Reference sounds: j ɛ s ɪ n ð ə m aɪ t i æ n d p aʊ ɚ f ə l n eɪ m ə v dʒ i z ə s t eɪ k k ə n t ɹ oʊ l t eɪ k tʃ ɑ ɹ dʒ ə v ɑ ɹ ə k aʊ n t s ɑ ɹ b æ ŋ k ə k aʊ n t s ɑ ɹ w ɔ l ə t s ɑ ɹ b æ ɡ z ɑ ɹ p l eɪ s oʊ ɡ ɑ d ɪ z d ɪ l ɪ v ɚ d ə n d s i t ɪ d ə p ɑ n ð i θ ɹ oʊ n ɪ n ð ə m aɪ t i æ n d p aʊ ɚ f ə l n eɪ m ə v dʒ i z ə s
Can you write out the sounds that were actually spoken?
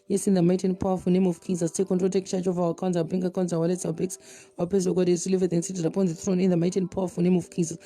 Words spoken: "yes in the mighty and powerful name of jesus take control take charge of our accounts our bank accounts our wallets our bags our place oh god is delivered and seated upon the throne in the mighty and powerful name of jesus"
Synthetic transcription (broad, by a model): j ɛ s ɪ n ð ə m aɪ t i n p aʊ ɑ f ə n eɪ m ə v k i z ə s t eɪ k k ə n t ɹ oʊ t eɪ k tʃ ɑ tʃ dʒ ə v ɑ w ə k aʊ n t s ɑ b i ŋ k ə k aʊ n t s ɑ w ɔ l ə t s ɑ w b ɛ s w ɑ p eɪ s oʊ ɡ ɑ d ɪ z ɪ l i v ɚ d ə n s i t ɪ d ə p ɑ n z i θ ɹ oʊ n ɪ n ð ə m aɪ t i n p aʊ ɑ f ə n eɪ m ə v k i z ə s